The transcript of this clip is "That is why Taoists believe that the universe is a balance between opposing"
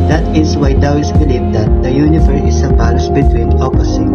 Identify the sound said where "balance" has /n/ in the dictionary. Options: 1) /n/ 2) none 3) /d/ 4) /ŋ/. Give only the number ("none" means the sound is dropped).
2